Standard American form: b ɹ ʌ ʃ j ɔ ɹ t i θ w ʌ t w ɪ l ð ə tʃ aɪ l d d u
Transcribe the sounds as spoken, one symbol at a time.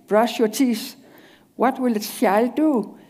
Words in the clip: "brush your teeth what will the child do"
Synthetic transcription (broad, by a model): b ɹ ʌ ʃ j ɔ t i s w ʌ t w ɪ l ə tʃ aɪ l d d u